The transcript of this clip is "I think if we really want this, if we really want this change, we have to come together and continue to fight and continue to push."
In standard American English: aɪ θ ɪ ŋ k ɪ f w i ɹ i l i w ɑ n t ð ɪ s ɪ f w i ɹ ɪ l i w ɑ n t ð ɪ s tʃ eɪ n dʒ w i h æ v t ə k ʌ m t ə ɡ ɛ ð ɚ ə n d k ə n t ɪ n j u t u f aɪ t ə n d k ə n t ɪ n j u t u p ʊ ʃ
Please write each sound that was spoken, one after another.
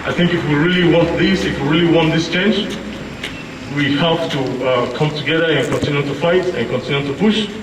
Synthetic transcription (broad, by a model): aɪ θ ɪ ŋ k ɪ f w i ɹ i l i w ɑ n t ð ɪ s ɪ f w i ɹ ɪ l i w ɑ n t ð ɪ s tʃ eɪ n dʒ w i h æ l t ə k ʌ m t ə ɡ ɛ ð ɚ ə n k ə n t ɪ n j u t u f aɪ t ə n k ə n t ɪ n j u t u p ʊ ʃ